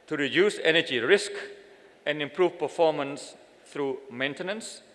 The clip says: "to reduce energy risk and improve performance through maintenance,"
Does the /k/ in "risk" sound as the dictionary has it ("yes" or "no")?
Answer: yes